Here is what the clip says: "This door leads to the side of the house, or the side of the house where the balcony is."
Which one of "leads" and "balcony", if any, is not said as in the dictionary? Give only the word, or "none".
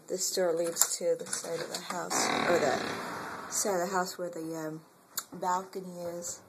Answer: none